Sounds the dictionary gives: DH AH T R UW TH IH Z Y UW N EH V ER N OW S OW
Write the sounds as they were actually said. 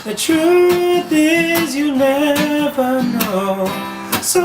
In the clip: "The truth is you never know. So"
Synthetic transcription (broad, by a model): DH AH T R UW TH IH Z Y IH N EH V ER N OW S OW